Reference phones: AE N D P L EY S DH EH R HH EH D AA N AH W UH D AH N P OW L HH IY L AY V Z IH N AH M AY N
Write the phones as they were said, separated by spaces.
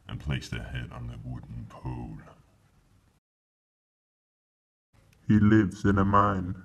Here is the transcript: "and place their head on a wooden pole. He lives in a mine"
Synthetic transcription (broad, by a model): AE N P L EY S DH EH HH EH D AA N AH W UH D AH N P OW L HH IY L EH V S IH N AH M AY N